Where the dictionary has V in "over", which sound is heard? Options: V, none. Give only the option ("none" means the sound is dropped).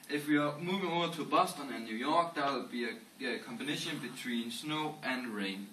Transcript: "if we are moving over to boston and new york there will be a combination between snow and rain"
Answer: none